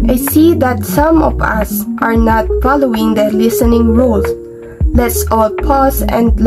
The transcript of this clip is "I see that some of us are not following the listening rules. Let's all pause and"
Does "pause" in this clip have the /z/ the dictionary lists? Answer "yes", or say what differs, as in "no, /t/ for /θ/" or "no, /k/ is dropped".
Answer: no, /s/ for /z/